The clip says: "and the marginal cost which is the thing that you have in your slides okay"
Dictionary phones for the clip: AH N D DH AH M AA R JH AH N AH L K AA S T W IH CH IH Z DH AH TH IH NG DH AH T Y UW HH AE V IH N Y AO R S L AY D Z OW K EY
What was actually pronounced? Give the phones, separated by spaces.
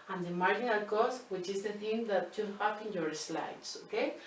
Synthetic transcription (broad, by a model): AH N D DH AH M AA R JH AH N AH L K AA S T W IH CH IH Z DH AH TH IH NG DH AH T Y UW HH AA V IH N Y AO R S L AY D S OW K EY